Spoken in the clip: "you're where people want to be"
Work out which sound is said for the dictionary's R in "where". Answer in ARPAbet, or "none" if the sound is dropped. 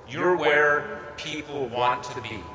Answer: R